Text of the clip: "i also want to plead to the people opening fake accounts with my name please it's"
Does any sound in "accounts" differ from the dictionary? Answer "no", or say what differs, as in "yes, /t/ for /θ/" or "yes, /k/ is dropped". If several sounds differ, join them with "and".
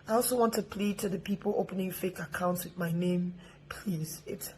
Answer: no